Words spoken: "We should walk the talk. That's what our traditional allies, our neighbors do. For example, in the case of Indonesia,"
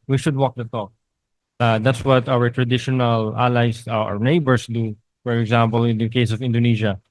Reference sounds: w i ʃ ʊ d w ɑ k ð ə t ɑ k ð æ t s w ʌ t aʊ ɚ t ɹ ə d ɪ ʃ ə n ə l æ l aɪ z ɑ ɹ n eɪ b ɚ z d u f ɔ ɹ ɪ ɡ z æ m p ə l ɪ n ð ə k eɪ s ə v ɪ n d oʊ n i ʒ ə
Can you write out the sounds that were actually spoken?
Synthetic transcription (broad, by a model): w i ʃ ʊ d w ɑ k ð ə t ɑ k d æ t s w ʌ t aʊ ɚ t ɹ ə d ɪ ʃ ə n ə l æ l aɪ s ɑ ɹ n eɪ b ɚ s d u f ɔ ɹ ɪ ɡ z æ m p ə l ɪ n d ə k eɪ s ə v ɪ n d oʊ n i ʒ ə